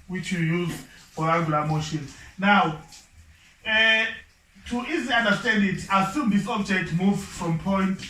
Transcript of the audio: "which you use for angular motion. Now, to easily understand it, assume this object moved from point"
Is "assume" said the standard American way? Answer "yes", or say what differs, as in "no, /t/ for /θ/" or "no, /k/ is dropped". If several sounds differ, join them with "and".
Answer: yes